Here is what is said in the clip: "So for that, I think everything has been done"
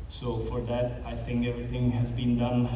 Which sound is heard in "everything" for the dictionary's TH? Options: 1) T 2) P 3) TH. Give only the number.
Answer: 1